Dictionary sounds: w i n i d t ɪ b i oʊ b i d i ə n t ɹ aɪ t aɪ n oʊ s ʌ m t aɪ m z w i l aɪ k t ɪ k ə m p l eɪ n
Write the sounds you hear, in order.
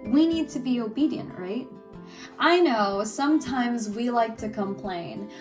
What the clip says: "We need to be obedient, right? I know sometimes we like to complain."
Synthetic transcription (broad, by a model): w i n i d t ɪ b i oʊ b i d i ə n t ɹ aɪ t aɪ n oʊ s ʌ m t aɪ m z w i l aɪ k t ɪ k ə m p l eɪ n